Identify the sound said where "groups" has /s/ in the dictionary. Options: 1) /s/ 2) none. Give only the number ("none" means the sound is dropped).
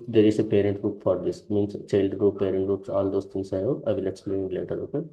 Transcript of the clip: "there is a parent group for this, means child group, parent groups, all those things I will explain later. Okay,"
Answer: 1